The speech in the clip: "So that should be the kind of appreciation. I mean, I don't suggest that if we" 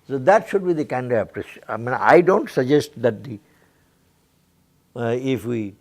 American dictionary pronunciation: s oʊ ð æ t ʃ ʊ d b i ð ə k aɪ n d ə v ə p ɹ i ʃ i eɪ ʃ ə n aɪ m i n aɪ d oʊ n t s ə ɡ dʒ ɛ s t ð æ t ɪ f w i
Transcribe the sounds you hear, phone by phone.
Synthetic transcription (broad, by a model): s oʊ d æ t ʃ ʊ d b i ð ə k aɪ n d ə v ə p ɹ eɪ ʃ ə ɪ m i n aɪ d oʊ n t s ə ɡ dʒ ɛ s t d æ t ɪ f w i